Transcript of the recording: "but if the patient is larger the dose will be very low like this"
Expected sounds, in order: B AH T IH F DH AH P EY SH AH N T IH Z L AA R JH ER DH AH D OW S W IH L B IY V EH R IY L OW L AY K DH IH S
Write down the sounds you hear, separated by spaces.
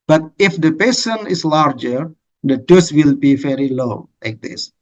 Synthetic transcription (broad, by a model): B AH T IH F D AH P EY S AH N IH S L AA R JH ER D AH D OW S W IH L B IY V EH R IY L OW L AY K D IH S